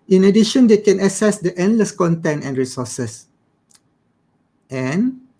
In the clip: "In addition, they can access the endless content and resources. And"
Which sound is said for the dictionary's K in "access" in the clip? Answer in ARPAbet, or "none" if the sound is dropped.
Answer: none